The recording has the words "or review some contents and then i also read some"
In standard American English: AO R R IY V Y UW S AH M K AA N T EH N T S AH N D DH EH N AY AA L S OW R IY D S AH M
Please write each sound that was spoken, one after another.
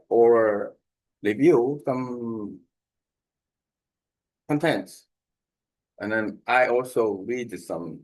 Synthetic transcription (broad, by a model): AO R L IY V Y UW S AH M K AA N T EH N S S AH N DH EH N AY AA L S OW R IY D S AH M